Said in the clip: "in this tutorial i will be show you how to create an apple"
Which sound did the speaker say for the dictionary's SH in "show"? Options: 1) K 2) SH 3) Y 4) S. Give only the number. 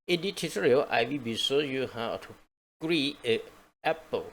4